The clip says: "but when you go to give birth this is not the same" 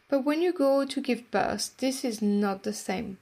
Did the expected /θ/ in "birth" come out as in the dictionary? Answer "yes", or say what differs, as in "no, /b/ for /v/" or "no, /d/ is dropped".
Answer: no, /s/ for /θ/